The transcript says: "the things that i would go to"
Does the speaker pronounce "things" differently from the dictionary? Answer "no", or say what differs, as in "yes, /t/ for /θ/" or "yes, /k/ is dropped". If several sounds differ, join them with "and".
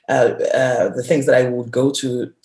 no